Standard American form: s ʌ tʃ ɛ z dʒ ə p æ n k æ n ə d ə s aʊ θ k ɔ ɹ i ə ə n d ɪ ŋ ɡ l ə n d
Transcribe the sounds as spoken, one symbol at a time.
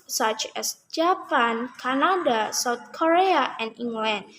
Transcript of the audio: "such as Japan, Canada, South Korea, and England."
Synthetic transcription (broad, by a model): s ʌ tʃ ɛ s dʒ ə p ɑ n k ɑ n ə d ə s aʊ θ k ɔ ɹ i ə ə n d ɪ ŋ ɡ l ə n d